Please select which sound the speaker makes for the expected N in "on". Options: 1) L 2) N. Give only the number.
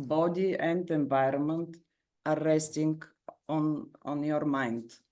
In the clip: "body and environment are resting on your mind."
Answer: 2